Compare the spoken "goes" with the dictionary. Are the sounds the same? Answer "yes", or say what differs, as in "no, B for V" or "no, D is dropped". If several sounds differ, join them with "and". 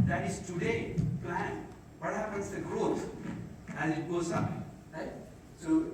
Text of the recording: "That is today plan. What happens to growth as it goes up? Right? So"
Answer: no, S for Z